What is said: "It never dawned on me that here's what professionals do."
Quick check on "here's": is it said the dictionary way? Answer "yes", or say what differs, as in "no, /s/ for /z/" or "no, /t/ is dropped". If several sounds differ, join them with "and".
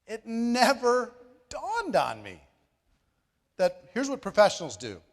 yes